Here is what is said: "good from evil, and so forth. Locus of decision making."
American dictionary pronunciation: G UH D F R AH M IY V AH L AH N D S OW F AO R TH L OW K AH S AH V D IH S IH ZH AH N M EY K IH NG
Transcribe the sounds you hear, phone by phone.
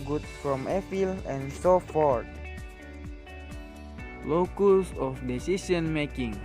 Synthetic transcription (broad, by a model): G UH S F R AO M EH F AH L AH N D S OW F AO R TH L OW K AH S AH F D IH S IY S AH N M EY K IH NG